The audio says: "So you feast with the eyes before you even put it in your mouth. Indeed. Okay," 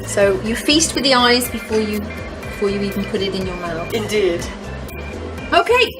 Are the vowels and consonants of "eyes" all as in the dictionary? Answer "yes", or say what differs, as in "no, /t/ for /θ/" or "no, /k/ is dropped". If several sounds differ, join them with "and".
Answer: yes